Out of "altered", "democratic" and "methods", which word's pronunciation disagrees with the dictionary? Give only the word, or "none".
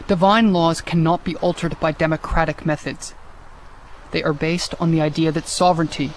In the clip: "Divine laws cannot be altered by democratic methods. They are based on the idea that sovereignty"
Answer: none